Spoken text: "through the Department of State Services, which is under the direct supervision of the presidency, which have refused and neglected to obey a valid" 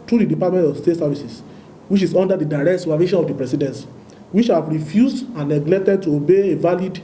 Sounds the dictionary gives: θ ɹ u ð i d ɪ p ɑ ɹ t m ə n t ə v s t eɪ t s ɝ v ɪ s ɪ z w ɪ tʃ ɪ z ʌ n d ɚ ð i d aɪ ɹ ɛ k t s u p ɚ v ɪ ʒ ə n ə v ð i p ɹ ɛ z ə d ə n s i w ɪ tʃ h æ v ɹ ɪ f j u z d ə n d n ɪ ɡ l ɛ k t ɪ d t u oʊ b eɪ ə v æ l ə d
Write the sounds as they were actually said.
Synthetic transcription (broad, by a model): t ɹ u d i d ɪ p ɑ t m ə n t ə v s t eɪ t s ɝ v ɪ s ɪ s w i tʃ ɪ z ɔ n d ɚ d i d aɪ ɹ ɛ k t s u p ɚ v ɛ ʃ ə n ə v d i p ɹ ɛ s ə d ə n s w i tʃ h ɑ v ɹ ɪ f j u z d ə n n ɪ ɡ l ɛ k t ɪ d t u oʊ b eɪ ə v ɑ l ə d